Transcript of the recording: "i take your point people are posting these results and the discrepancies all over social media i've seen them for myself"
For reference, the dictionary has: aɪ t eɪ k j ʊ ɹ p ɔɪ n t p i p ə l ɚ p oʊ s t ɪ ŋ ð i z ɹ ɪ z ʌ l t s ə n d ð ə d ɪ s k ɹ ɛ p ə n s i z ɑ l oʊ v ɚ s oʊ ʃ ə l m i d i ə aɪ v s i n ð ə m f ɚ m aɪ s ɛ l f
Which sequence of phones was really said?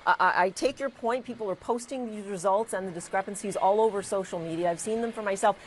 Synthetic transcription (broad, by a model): aɪ t eɪ k j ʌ ɹ p ɔɪ n t p i p l ɚ p oʊ s t ɪ ŋ ð i z ɹ ɪ z ʌ l t s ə n ð ə d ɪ s k ɹ ɛ p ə n s i z ɑ l oʊ v ɚ s oʊ ʃ l m i d i ə aɪ v s i n ð ə m f ɚ m aɪ s ɛ l f